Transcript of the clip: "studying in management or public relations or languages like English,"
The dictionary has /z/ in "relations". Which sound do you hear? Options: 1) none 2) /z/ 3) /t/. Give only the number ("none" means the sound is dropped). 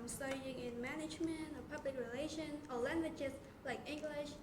1